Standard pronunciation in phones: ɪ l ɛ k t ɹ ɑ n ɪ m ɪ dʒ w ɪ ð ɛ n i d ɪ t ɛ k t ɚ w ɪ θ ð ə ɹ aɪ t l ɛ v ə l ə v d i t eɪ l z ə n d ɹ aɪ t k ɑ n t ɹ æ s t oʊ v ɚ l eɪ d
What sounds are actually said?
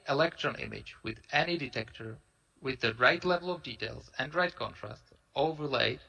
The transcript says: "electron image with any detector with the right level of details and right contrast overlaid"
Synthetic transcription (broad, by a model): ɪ l ɛ k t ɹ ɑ n ɪ m ɪ dʒ w ɪ ð ɛ n i d ɪ t ɛ k t ɚ w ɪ ð ə ɹ aɪ t l ɛ v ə l ə v d i t eɪ l z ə n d ɹ aɪ t k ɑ n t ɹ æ s t oʊ v ɚ l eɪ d